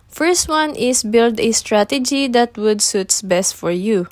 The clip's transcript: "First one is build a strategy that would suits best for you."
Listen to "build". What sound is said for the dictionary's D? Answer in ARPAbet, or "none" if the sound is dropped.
D